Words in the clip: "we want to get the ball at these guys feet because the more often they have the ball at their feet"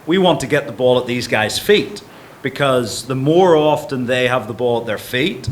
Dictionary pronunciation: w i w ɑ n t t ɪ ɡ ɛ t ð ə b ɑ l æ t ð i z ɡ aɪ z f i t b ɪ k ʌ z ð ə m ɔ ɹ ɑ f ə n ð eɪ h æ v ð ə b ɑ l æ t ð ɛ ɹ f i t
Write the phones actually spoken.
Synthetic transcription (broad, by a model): w i w ɑ n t t ɪ ɡ ɛ t ð ə b ɑ l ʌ t ð i z ɡ aɪ z f i t b ɪ k ʌ z ð ə m ɔ ɹ ɑ f ə n ð eɪ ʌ v ð ə b ɑ l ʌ t ð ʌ ɹ f i t